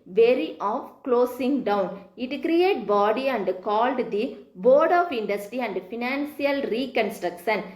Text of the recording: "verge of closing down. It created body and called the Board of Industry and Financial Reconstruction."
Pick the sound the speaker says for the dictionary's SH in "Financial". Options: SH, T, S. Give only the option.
S